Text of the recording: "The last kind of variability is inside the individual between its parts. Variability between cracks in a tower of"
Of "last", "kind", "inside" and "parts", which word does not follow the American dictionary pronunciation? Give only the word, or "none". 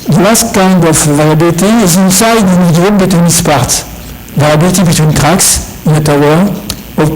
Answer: parts